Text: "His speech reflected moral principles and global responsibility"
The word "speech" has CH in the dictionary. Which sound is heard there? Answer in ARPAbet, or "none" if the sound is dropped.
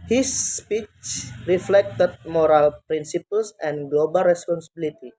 CH